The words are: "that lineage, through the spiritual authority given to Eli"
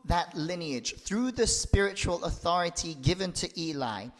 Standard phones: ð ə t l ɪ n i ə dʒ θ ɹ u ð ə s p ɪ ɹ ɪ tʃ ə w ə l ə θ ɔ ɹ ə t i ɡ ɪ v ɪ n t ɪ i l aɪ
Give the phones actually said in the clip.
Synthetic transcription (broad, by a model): ð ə t l ɪ n i ə dʒ θ ɹ u ð ə s p ɪ ɹ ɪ tʃ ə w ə l ə θ ɔ ɹ ə t i ɡ ɪ v ɪ n t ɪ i l aɪ